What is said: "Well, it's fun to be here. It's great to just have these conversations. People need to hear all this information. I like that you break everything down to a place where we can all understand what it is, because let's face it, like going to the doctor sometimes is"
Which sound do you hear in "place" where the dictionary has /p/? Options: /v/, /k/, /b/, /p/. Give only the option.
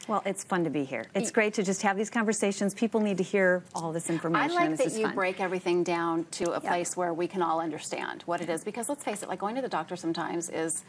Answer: /p/